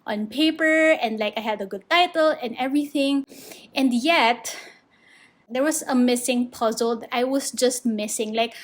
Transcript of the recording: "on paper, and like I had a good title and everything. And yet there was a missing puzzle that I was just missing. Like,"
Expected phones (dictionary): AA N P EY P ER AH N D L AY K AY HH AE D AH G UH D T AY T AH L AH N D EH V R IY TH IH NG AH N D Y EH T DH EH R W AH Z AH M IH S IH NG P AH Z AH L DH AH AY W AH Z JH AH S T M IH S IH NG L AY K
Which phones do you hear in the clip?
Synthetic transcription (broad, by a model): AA N P EY P ER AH N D L AY K AY HH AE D AH G UH D T AY T AH L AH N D EH V R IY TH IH NG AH N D Y EH T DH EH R W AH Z AH M IH S IH NG P AH Z AH L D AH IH W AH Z JH AH S T M IH S IH NG L AY K